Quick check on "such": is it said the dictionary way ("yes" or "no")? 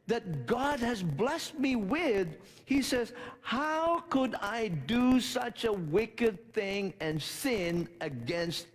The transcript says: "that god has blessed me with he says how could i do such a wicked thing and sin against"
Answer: yes